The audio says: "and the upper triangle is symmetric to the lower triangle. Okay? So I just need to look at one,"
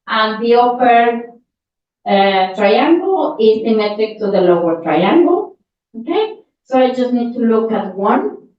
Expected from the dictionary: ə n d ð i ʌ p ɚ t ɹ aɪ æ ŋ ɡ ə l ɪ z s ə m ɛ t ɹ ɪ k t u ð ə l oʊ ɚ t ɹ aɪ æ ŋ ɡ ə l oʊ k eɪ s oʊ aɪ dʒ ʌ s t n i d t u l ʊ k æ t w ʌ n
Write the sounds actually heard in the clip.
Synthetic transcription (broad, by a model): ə n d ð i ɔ f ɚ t ɹ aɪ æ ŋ ɡ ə l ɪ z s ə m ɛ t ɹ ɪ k t u ð ə l oʊ ɚ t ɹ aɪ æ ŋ ɡ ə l oʊ k eɪ s oʊ aɪ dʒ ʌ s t n i d t u l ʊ k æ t w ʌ n